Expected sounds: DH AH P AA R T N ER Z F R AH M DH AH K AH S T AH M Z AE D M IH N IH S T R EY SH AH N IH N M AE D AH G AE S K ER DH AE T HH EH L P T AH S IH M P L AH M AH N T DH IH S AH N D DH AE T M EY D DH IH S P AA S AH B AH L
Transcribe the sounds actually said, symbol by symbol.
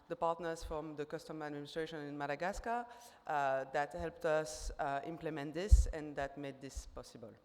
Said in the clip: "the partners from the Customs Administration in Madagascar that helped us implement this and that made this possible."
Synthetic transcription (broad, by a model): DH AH P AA R T N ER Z F R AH M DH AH K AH S T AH M AE D M IH N IH S T R EY SH AH N IH N M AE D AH G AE S K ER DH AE T HH EH L P T AH S IH M P L AH M AH N T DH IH S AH N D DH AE T M EY D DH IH S P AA S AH B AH L